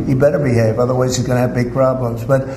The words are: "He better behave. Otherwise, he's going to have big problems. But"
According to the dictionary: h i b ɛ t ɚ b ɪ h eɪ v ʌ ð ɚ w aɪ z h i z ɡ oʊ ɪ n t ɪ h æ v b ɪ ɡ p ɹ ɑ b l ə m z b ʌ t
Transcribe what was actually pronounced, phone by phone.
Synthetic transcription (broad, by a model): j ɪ b ɛ t ɚ b ɪ h eɪ v ʌ ð ɚ w aɪ z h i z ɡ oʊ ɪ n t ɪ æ v b ɪ ɡ p ɹ ɑ b l ə m z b ʌ t